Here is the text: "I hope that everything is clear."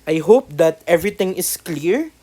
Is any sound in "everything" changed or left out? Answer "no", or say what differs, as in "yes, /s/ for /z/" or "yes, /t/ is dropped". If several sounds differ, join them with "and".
yes, /t/ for /θ/